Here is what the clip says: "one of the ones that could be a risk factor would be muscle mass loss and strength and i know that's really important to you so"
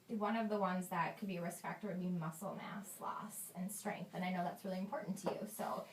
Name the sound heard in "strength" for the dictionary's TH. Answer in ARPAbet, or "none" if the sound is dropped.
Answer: TH